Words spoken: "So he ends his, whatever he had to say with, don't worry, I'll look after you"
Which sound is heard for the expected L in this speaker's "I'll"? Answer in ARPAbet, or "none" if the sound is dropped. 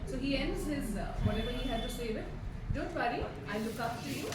N